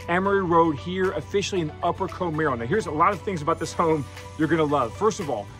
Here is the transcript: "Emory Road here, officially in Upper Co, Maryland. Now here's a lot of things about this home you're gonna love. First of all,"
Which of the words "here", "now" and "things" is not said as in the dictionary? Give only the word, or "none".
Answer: none